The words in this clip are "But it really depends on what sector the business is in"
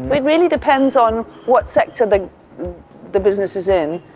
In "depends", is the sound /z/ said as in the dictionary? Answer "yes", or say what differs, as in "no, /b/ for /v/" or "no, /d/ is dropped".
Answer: yes